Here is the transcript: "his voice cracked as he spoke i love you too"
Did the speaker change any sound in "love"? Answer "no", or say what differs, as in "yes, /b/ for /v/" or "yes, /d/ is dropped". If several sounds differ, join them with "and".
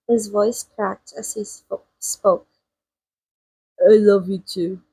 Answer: no